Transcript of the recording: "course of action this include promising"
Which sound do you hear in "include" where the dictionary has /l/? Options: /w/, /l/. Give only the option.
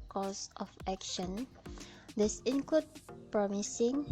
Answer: /w/